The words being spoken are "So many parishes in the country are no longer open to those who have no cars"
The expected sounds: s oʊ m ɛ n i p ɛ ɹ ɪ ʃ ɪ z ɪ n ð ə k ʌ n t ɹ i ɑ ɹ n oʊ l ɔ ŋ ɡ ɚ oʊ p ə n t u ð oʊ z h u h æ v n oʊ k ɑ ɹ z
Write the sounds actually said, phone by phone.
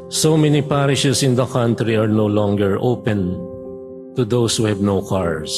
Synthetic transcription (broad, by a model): s oʊ m ɛ n i p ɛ ɹ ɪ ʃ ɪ s ɪ n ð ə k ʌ n t ɹ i ɑ ɹ n oʊ l ɔ ŋ ɡ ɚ oʊ p ə n t u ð oʊ s h u h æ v n oʊ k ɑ ɹ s